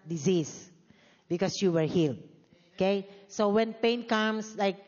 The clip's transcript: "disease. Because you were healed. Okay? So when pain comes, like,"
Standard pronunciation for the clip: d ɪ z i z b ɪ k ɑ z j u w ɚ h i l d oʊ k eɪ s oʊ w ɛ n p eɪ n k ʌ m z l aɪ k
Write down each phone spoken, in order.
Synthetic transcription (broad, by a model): d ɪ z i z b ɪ k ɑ s j u w ɚ h i l d oʊ k eɪ s oʊ w ɛ n p eɪ n k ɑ m s l aɪ k